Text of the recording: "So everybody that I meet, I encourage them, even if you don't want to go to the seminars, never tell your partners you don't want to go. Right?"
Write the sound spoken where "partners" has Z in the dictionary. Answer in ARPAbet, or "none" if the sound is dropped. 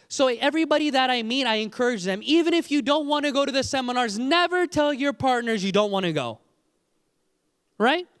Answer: Z